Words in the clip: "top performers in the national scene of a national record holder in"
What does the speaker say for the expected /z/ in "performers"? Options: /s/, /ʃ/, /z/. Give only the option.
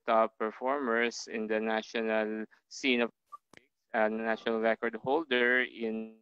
/s/